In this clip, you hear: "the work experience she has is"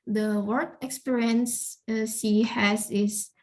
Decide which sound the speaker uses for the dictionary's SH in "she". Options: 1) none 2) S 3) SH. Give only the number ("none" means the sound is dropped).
2